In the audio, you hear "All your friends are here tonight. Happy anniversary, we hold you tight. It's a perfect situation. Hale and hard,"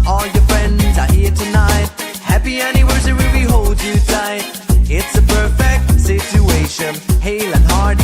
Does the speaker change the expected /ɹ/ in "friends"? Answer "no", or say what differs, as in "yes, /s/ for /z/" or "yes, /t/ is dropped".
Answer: no